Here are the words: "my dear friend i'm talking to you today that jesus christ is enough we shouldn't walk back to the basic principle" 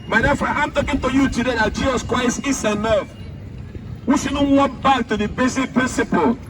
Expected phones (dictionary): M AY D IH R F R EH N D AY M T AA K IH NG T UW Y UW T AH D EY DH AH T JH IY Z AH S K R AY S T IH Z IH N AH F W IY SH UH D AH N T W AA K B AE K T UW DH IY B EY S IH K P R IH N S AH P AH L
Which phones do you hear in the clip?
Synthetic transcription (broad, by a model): M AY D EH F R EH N AY M T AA K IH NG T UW Y UW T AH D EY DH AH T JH IY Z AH S K R AY S T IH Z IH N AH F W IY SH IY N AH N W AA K B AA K T UW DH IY B EY S IH K P R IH N S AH P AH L